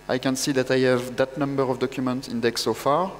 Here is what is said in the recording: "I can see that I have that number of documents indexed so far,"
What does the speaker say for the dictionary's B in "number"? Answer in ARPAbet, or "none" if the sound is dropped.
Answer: B